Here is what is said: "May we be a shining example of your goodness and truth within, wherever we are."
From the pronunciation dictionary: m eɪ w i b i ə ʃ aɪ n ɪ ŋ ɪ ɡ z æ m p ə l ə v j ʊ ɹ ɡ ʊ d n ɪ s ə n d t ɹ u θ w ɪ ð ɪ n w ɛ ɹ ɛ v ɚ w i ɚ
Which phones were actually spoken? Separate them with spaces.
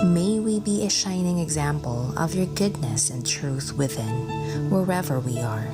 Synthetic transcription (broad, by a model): m eɪ w i b i ə ʃ aɪ n ɪ ŋ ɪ ɡ z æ m p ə l ə v j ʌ ɹ ɡ ʊ d n ɪ s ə n t ɹ u θ w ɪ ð ɪ n w ɛ ɹ ɛ v ɚ w i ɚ